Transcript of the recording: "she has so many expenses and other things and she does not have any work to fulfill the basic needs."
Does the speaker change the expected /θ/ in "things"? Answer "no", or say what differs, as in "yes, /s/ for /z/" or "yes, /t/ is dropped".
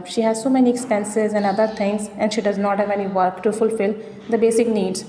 yes, /t/ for /θ/